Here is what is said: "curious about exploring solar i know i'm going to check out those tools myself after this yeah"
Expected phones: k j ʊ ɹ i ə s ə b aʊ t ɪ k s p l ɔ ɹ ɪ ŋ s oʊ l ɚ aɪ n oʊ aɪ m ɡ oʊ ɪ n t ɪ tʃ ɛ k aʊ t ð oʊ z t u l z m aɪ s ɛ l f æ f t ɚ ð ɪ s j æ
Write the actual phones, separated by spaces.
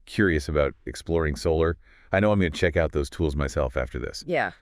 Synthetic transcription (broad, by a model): k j ʊ ɹ i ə s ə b aʊ t ɪ k s p l ɔ ɹ ɪ ŋ s oʊ l ɚ aɪ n oʊ aɪ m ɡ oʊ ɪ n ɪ tʃ ɛ k aʊ t ð oʊ z t u l z m aɪ s ɛ l f æ f t ɚ ð ɪ s j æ